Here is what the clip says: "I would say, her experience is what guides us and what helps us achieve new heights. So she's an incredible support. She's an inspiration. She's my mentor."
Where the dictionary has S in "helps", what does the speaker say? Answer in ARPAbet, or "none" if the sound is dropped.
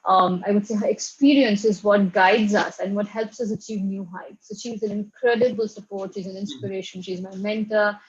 S